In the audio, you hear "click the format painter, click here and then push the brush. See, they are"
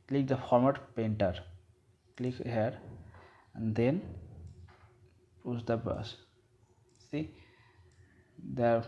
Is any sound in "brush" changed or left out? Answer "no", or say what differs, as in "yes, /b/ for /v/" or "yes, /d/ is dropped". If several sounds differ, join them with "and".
yes, /ɹ/ is dropped and /s/ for /ʃ/